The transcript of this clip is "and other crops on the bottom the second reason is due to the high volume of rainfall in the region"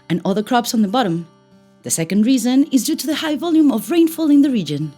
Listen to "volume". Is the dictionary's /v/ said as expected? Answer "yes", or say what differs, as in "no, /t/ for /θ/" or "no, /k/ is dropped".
yes